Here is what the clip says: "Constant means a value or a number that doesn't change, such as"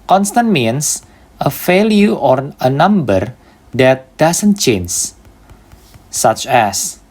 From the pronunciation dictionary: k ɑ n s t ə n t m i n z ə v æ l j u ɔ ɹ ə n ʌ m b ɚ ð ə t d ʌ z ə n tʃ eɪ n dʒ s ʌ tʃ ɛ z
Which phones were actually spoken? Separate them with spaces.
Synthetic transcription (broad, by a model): k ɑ n s t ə n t m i n s ə f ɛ l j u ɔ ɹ ə n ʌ m b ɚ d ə t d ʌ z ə n tʃ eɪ n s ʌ tʃ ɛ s